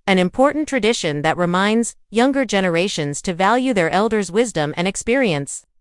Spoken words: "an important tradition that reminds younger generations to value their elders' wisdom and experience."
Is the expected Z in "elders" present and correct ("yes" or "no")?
yes